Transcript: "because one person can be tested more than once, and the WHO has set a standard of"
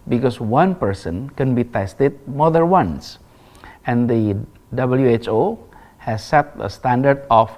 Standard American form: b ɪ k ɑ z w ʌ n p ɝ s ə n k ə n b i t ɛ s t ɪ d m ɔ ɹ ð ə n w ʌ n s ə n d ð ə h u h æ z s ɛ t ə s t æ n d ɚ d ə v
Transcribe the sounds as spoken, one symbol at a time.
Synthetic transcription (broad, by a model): b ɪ k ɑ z w ʌ n p ɝ s ə n k ə n b i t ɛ s t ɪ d m ɔ ɹ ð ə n w ʌ n s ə n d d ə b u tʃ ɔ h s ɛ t ə s t æ n d ɚ d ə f